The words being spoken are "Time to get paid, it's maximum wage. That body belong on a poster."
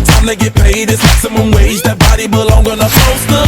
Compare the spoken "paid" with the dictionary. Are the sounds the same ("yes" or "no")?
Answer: yes